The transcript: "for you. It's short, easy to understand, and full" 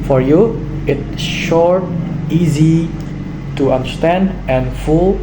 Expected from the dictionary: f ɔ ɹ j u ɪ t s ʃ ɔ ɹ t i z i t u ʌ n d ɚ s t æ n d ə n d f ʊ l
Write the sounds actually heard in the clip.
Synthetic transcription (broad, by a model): f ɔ ɹ j u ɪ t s ʃ ɔ ɹ t i z i t u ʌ n d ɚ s t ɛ n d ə n f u l